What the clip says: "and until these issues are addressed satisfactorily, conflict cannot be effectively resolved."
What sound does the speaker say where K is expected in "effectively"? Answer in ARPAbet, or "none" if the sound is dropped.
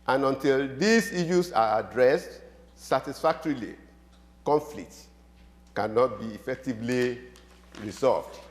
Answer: K